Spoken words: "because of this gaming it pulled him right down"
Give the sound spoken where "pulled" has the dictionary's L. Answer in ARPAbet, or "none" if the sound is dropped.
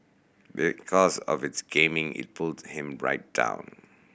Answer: L